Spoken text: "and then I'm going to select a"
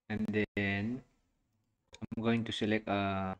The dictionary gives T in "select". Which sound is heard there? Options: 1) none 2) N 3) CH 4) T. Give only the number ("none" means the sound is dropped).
1